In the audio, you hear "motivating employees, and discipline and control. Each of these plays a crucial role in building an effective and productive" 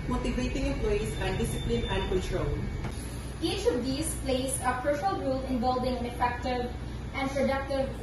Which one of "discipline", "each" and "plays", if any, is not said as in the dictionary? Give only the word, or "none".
plays